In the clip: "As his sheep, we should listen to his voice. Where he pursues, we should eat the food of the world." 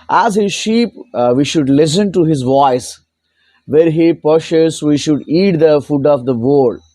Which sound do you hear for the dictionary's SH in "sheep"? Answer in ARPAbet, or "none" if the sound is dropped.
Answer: SH